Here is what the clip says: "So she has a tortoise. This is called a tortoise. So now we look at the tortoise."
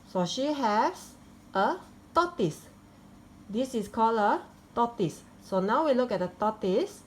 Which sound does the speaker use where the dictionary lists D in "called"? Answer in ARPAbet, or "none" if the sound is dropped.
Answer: none